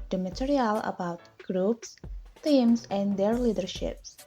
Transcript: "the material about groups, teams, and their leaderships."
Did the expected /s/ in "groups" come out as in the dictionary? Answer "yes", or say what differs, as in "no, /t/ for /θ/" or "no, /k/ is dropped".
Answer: yes